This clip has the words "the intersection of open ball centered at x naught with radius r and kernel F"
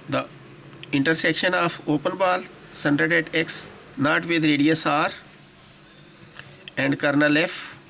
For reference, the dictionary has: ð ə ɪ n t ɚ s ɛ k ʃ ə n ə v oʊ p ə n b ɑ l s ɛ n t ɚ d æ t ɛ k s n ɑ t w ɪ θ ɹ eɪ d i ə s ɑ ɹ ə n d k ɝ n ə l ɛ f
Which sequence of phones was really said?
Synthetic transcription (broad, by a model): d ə ɪ n t ɚ s ɛ k ʃ ə n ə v oʊ p ə n b ɑ l s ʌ n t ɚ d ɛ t ɛ k s n ɑ t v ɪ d ɹ eɪ d i ə s ɑ ɹ ə n d k ɝ n ə l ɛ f